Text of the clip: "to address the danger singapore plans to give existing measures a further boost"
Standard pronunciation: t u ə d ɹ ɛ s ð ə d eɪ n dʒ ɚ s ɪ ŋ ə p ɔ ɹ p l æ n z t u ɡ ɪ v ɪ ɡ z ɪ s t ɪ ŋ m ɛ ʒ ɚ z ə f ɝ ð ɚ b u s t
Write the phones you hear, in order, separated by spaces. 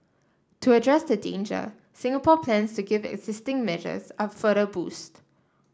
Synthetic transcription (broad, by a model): t u ə d ɹ ɛ s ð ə d eɪ n dʒ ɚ s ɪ ŋ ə p ɔ p l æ n s t u ɡ ɪ v ɪ ɡ z ɪ s t ɪ ŋ m ɛ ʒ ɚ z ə f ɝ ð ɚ b u s t